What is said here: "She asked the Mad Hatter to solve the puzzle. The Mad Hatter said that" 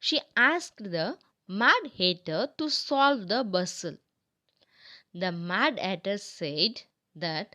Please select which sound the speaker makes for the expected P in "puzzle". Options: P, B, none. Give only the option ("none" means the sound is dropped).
B